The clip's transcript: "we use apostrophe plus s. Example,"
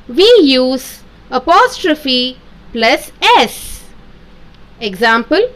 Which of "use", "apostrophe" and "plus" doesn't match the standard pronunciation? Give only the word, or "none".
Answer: none